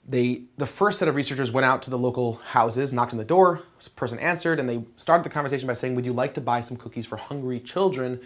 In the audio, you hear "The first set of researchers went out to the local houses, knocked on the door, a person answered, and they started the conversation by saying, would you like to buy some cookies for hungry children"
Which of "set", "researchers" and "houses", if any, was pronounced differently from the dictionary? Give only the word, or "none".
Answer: none